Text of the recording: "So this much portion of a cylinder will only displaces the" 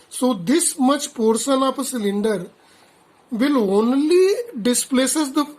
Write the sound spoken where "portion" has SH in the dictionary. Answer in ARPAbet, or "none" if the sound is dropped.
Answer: S